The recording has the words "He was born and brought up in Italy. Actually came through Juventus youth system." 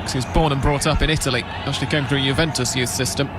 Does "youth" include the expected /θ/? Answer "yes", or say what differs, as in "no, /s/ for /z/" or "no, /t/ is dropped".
yes